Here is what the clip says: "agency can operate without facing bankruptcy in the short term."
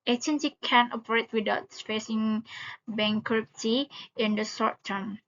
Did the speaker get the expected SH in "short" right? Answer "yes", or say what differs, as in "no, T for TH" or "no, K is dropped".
no, S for SH